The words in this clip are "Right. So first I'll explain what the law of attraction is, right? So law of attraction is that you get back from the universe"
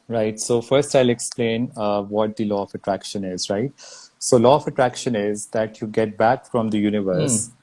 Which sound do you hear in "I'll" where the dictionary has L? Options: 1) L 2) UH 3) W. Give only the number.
1